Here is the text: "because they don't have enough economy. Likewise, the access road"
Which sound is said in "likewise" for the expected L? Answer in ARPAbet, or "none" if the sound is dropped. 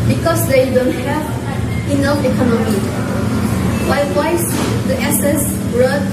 W